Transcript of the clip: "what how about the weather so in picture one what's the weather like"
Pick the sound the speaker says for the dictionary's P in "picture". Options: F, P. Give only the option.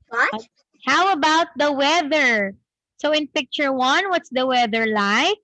P